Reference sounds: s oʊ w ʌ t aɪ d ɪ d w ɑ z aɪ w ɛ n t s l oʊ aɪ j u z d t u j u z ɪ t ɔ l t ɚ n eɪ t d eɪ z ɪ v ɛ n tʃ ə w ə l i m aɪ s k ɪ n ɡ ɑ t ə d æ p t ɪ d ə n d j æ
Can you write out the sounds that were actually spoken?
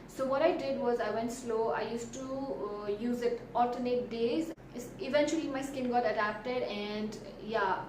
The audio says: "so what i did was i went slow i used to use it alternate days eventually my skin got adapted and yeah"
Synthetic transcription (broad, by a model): s oʊ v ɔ t aɪ d ɪ d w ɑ z aɪ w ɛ n t s l oʊ aɪ j u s t u j u z ɪ t ɔ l t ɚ n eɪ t d eɪ z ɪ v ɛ n tʃ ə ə l i m aɪ s k ɪ n ɡ ɑ t ə d æ p t ɪ d ə n d j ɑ